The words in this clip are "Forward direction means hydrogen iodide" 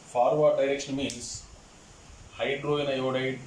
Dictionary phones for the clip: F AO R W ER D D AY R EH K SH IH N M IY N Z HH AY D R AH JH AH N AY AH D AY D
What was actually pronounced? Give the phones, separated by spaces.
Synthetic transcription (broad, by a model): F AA R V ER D D AY R EH K SH IH N M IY N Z HH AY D R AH AH N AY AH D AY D